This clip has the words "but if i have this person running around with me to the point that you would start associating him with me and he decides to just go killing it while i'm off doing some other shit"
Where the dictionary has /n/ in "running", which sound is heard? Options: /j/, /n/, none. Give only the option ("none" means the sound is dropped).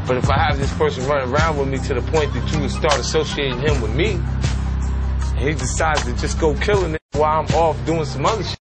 none